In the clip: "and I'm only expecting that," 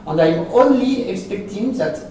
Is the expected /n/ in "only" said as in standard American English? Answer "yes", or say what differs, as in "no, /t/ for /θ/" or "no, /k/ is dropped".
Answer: yes